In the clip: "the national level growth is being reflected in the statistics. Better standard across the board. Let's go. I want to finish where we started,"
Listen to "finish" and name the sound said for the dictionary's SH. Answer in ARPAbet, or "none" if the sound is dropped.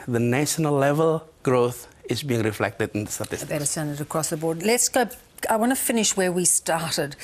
SH